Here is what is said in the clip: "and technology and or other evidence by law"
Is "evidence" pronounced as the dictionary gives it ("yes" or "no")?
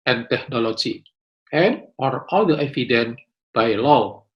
no